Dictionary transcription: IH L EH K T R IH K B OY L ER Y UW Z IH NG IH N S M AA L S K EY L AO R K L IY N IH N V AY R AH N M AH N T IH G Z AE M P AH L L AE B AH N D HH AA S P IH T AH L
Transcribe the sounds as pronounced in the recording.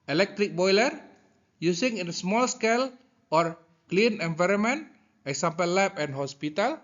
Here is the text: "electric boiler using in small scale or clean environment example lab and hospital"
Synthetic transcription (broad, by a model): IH L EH K T R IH K B OY L ER Y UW S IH NG IH N S M AA L S K EY L AO R K L IY N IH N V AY R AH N M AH N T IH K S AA M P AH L L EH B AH N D HH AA S P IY T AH L